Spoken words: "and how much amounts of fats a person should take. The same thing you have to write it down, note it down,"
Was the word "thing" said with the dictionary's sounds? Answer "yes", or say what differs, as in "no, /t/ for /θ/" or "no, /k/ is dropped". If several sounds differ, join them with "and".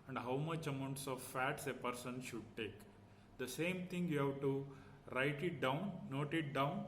no, /t/ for /θ/